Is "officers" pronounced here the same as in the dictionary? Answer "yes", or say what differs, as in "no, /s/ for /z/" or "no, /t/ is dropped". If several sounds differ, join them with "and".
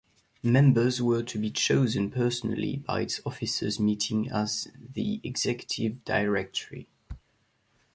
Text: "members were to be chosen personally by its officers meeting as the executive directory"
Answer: yes